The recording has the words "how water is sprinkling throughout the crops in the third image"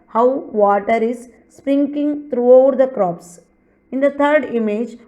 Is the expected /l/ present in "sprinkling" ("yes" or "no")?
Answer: no